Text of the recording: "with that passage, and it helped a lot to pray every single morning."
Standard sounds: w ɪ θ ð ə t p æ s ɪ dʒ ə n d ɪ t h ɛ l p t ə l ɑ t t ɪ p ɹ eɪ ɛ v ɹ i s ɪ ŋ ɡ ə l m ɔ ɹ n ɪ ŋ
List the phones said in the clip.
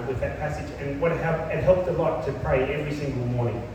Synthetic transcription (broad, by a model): w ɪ ð ə t p æ s ɪ dʒ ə n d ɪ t h ɛ l p t ə l ɑ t t ɪ p ɹ eɪ ɛ v ɹ i s ɪ ŋ ɡ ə l m ɔ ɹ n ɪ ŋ